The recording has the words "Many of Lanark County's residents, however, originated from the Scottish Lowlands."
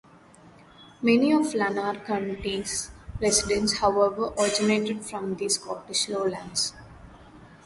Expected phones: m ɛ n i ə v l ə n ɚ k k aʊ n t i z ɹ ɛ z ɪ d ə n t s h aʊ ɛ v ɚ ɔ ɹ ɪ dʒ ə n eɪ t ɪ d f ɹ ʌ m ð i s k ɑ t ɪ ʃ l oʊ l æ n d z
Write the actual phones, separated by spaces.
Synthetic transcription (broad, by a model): m ɛ n i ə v l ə n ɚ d k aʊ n t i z ɹ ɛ s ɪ d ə n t s h aʊ ɛ v ɚ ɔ ɹ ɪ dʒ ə n eɪ t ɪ d f ɹ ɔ m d i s k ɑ t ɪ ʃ l oʊ l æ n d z